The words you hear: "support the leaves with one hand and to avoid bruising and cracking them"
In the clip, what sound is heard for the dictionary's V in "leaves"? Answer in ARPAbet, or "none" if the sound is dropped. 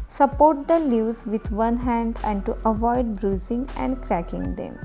none